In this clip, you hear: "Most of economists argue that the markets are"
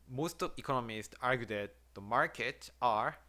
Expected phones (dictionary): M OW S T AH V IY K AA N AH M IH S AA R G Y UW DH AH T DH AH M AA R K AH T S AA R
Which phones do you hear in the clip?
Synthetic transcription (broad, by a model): M OW S T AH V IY K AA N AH M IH S AA R G Y UW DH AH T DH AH M AA R K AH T AA R